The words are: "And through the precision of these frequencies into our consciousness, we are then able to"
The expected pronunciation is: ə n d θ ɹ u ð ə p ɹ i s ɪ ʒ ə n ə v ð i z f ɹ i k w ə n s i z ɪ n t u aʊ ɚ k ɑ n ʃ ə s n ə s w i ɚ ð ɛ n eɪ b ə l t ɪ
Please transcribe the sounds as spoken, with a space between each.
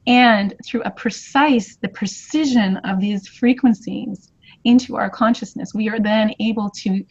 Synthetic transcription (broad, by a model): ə n θ ɹ u ð ə p ɹ i s ɪ ʒ ə n ə v ð i z f ɹ i k w ə n s i z ɪ n t u aʊ ɚ k ɑ n ʃ ə s n ə s w i ɚ ð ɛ n eɪ b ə l t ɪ